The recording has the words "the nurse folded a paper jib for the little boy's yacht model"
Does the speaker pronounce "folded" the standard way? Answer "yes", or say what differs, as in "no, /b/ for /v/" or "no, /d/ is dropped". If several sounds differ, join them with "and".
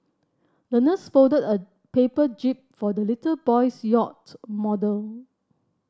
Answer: no, /l/ is dropped